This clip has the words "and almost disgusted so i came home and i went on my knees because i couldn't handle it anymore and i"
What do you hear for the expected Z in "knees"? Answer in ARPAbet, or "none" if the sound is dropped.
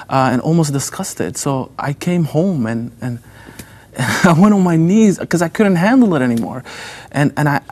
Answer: Z